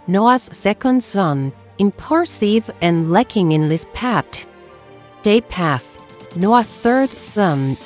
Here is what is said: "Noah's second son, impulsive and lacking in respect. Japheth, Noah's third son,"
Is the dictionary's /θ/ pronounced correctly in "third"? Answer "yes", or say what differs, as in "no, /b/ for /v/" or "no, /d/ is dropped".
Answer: yes